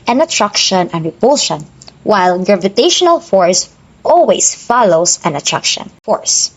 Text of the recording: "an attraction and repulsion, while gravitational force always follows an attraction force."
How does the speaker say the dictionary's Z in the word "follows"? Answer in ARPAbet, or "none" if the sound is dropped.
S